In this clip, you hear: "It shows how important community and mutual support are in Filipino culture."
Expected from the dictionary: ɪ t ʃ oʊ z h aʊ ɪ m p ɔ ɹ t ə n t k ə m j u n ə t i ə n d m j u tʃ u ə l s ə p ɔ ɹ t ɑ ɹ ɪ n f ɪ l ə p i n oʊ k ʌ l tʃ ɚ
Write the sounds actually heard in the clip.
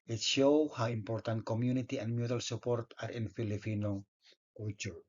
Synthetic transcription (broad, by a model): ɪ t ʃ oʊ h aʊ ɪ m p ɔ ɹ t ə n t k ə m j u n ə t i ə n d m j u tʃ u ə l s ə p ɔ ɹ t ɑ ɹ ɪ n f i l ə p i n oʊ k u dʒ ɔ